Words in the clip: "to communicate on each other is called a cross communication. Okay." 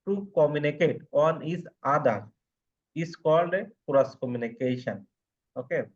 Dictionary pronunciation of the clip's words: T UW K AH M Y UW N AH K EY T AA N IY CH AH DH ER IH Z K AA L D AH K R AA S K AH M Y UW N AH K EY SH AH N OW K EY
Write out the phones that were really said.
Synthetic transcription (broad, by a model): T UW K AH M Y UW N AH K EY T AA N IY S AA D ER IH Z K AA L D AH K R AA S K AH M Y UW N AH K EY SH AH N OW K EY